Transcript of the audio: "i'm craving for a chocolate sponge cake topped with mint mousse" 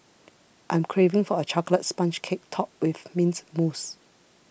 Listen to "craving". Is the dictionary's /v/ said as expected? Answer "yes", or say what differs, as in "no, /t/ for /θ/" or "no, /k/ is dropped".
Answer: yes